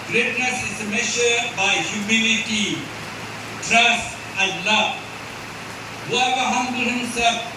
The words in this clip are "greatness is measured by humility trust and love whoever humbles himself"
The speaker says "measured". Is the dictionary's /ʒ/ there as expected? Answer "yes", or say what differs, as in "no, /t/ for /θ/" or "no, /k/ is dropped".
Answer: no, /ʃ/ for /ʒ/